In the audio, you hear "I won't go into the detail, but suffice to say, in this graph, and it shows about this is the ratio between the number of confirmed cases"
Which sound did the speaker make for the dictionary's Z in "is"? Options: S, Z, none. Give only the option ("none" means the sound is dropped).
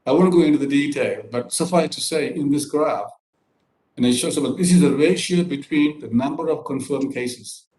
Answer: Z